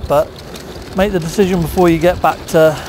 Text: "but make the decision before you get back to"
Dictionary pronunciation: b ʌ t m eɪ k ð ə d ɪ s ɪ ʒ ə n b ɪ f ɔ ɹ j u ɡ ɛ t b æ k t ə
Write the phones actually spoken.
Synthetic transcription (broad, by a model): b ʌ t m eɪ k ð ə d ɪ s ɪ ʒ ə n b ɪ f ɔ j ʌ ɡ ɛ t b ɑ k t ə